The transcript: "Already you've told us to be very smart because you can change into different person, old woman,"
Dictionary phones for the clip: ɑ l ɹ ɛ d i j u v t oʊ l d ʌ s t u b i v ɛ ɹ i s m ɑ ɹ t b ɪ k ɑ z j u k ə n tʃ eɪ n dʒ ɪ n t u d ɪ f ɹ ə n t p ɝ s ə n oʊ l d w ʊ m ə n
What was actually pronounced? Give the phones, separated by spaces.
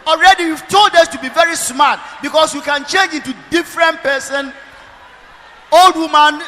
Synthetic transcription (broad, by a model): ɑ l ɹ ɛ d i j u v t oʊ l d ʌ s t u b i v ɛ ɹ i s m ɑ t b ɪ k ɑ s j u k ə n tʃ eɪ n dʒ ɪ n t u d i f ɹ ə n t p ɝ s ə n oʊ l d w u m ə n